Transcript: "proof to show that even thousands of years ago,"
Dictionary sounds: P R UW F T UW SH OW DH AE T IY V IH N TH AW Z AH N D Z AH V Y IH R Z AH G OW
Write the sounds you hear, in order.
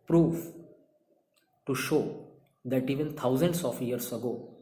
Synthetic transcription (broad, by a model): P R UW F T UW SH OW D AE T IY V IH N T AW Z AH N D S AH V Y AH R S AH G OW